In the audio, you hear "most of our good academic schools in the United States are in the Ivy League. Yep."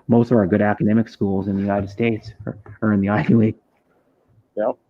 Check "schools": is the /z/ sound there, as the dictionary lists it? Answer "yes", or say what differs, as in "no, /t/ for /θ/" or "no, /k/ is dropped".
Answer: yes